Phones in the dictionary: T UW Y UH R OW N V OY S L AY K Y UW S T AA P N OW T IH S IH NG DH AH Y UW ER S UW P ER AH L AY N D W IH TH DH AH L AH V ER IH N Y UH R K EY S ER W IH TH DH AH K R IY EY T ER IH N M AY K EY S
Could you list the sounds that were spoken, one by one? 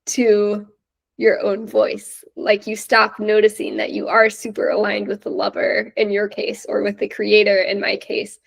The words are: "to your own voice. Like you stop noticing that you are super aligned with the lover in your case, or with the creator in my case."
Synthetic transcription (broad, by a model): T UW Y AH R OW N V OY S L AY K Y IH S T AA P N OW T IH S IH NG DH AH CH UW ER S UW P ER AH L AY N D W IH DH AH L AH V ER IH N Y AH R K EY S ER W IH DH AH K R IY EY T ER IH N M AY K EY S